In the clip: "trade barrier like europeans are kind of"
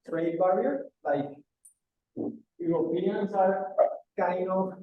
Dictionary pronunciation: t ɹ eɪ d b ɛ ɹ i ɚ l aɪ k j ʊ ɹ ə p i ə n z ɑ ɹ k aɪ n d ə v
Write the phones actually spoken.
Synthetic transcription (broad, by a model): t ɹ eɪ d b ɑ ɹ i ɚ l aɪ k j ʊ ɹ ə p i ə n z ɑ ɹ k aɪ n ə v